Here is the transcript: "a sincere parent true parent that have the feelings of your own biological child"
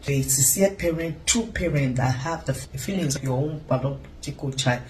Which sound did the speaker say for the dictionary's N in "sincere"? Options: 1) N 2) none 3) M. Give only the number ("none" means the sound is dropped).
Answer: 2